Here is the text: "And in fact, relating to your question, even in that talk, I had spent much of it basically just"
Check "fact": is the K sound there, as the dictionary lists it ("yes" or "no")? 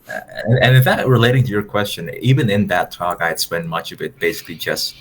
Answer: no